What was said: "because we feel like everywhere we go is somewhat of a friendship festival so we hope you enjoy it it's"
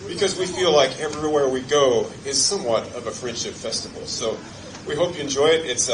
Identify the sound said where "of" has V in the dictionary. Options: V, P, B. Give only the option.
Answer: V